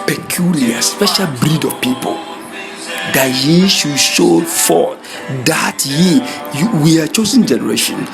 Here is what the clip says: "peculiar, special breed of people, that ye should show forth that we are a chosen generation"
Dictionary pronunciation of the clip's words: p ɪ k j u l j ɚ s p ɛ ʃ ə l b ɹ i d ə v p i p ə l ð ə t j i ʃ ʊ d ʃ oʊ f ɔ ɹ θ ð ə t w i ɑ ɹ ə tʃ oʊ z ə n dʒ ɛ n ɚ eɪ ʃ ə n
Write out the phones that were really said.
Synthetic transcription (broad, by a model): p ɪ k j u l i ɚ s p ɛ ʃ ə l b ɹ i d ə v p i p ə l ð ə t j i ʃ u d ʃ oʊ f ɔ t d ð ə t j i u w ə tʃ oʊ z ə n dʒ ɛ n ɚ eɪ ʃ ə n